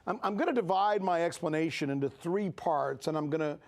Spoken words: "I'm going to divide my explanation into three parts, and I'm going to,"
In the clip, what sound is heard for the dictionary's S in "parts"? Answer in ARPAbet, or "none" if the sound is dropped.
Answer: S